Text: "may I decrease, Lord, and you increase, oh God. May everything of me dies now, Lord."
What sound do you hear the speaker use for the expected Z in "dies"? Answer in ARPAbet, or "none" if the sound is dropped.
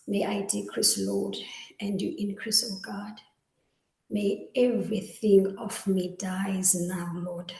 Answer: Z